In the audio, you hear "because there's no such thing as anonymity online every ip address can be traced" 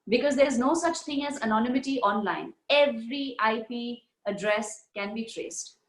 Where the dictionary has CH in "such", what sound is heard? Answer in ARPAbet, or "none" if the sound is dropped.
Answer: CH